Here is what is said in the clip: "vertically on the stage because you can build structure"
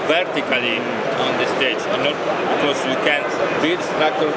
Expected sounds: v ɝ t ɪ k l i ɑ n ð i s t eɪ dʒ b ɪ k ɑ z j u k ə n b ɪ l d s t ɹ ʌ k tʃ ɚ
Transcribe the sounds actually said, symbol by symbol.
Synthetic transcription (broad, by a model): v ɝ t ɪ k l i ɑ n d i s t eɪ dʒ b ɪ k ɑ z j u k ə n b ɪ d s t ɹ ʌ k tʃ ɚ